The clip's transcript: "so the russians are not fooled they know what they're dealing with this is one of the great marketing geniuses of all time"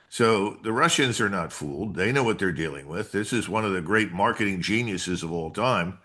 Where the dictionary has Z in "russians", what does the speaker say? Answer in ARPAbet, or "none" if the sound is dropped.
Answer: Z